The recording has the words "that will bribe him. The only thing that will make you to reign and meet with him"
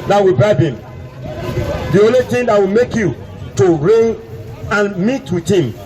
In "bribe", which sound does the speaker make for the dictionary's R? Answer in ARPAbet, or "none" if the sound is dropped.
none